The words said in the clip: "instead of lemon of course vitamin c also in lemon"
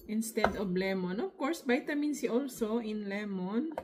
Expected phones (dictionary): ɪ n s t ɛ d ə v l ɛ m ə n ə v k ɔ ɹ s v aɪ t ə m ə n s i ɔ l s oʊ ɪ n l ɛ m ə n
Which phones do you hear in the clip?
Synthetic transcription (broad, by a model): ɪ n s t ɛ d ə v l ɛ m ə n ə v k ɔ ɹ s b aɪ t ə m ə n s i ɔ l s oʊ ɪ n l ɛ m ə n